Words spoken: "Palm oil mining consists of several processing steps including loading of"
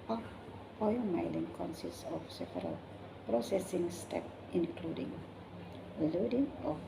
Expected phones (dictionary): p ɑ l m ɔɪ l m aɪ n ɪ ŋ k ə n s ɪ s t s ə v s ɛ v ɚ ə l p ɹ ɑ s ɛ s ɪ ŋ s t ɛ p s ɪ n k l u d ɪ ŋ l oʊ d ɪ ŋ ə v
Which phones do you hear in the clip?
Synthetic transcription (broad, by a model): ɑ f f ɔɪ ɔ m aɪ l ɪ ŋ k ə n s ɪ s s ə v s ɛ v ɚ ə l p ɹ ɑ s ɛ s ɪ ŋ s t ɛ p ɪ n k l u d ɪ ŋ l oʊ d ɪ ŋ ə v